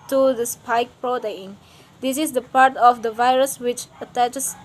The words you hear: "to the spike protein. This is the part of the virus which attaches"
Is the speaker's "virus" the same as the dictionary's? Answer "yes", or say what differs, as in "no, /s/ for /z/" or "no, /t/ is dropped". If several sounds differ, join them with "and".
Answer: yes